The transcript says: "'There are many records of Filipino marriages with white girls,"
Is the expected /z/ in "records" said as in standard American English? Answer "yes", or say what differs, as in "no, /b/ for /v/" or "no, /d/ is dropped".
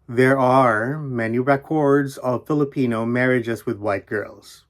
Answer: yes